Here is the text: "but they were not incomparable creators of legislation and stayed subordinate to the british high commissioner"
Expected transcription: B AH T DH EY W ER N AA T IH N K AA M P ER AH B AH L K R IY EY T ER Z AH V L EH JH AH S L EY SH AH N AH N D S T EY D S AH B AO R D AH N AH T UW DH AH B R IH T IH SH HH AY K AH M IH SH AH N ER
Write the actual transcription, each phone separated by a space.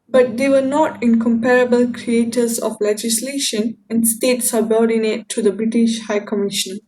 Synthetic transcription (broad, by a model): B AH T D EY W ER N AA T IH N K AA M P ER AH B AH L K R IY EY T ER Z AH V L EH JH AH S L EY SH AH N AH N D S T EY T S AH B AO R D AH N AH T UW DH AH B R IH T IH SH HH AY K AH M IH SH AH N